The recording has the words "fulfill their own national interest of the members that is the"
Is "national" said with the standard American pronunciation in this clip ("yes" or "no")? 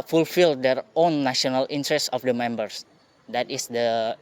no